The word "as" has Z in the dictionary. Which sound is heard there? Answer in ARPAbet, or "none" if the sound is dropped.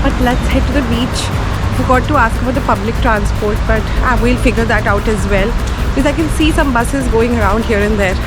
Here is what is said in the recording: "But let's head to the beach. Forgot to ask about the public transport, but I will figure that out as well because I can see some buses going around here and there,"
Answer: Z